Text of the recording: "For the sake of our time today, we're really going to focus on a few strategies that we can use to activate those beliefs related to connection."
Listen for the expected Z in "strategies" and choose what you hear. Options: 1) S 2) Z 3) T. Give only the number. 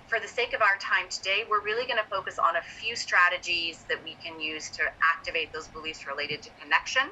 2